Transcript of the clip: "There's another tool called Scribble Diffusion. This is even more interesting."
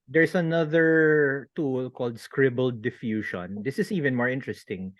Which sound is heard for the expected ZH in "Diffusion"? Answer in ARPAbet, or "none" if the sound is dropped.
SH